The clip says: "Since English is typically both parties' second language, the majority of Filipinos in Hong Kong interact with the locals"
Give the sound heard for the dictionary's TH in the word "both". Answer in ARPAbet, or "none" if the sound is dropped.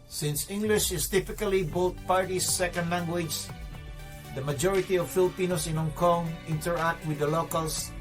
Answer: T